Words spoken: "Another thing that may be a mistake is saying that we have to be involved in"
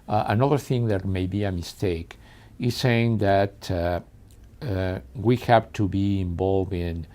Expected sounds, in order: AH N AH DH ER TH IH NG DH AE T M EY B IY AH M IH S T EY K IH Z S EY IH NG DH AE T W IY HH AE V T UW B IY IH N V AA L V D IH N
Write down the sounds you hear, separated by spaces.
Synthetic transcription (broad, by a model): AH N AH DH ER TH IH NG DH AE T M EY B IY AH M IH S T EY K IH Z S EY IH NG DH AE T W IY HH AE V T UW B IY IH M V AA L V IH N